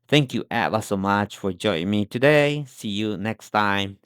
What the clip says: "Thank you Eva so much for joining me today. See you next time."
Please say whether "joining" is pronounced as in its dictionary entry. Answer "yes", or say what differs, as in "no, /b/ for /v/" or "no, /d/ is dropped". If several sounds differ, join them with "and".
no, /n/ is dropped